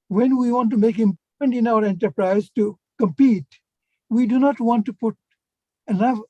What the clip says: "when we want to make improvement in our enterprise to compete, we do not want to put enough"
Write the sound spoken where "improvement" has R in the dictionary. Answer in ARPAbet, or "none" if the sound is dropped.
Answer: none